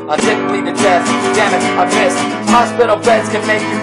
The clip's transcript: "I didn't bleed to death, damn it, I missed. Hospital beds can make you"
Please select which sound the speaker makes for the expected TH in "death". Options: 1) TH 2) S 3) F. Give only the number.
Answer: 2